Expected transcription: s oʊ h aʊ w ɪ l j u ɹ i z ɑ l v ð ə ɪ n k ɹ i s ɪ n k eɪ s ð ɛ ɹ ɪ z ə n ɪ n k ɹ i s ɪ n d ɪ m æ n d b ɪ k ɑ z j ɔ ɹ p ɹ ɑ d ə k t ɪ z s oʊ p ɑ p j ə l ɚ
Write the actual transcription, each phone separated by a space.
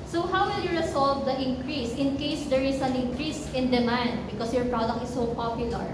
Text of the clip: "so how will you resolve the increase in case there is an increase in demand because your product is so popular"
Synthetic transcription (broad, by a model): s oʊ h aʊ w ɪ l j u ɹ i s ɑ l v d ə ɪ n k ɹ i s ɪ n k eɪ s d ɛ ɹ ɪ s ə n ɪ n k ɹ i s ɪ n d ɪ m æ n d b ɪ k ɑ s j ɔ ɹ p ɹ ɑ d ə k t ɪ s oʊ p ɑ p j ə l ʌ